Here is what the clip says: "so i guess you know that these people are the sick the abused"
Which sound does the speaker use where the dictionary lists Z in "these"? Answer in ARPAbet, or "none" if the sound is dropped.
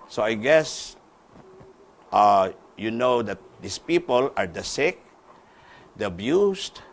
S